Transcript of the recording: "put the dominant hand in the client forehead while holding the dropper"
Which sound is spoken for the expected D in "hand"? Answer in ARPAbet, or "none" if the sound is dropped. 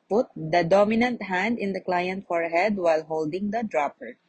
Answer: D